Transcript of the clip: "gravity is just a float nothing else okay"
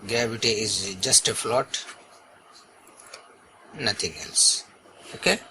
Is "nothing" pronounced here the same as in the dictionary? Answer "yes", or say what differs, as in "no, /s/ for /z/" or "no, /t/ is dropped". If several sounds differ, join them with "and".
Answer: no, /t/ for /θ/